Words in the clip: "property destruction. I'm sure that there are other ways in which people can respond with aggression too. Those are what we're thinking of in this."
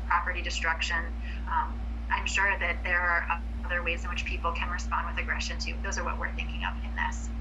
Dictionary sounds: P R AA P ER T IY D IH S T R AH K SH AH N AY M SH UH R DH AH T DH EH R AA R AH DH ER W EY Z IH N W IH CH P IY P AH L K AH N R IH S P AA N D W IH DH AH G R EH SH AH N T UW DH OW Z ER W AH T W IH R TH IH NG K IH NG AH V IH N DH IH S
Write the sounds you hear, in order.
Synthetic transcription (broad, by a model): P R AA P ER T IY D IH S T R AH K SH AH N AY M SH UH R DH AH T DH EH R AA R AH DH ER W EY Z IH N W IH CH P IY P L K AH N R IH S P AA N D W IH DH AH G R EH SH AH N T UW DH OW Z ER W AH T W IH R TH IH NG K IH NG AH V IH N DH IH S